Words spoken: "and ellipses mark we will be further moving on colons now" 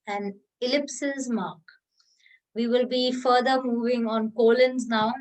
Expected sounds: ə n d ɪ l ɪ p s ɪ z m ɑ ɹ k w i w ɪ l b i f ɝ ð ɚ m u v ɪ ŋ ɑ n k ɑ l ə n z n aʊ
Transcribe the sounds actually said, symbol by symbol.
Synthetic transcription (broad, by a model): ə n d ɪ l ɪ p s ɪ z m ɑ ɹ k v i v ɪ l b i f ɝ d ɚ m u v ɪ ŋ ɑ n k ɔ l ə n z n aʊ